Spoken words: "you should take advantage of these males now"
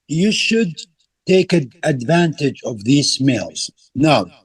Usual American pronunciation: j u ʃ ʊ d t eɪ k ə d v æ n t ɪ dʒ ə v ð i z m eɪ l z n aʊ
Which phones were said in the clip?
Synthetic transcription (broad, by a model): j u ʃ ʊ d t eɪ k ə d v æ n t ɪ dʒ ə v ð i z m eɪ l z n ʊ